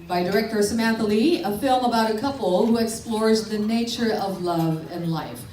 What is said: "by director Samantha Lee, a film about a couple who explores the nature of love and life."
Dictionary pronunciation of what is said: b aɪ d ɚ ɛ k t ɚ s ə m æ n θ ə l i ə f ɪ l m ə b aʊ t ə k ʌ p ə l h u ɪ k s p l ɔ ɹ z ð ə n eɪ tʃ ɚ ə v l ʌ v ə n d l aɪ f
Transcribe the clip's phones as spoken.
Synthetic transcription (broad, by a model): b aɪ d ɚ ɛ k t ɚ s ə m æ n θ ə l i ə f ɪ l m ə b aʊ t ə k ʌ p l h u ɪ k s p l ɔ ɹ z ð ə n eɪ tʃ ɚ ə v l ʌ v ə n l aɪ f